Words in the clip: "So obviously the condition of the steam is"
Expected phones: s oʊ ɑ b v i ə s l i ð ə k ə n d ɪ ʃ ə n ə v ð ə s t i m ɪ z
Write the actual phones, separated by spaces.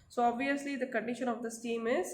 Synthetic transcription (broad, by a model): s oʊ ɑ b v i ə s l i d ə k ə n d ɪ ʃ ə n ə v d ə s t i m ɪ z